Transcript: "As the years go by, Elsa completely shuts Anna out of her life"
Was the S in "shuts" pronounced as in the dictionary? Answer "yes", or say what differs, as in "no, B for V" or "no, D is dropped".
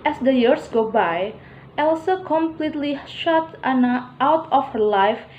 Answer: no, S is dropped